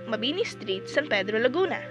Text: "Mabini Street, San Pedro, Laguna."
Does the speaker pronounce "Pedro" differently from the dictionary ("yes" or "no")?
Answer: no